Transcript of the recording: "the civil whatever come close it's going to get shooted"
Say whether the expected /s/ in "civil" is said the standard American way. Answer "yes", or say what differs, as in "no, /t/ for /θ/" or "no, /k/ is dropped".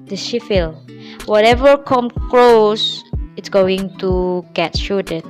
no, /ʃ/ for /s/